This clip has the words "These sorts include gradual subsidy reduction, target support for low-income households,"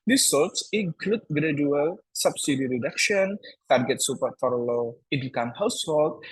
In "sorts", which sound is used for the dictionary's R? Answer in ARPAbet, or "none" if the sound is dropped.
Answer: L